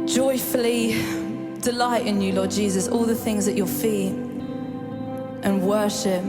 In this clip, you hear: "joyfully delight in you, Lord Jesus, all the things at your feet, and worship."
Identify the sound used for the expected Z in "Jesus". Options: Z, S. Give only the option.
Z